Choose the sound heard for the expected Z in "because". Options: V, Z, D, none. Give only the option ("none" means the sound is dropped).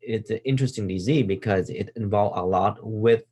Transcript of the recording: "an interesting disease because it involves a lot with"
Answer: Z